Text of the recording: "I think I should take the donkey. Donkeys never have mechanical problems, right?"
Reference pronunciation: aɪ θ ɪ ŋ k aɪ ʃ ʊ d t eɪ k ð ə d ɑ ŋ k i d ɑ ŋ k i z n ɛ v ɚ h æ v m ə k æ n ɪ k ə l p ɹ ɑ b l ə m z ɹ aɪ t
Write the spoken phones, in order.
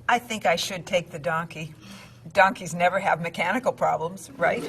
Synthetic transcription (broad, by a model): aɪ θ ɪ ŋ k aɪ ʃ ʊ d t eɪ k ð ə d ɑ ŋ k i d ɑ ŋ k i z n ɛ v ɚ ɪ v m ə k æ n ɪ k l p ɹ ɑ b l ə m z ɹ aɪ t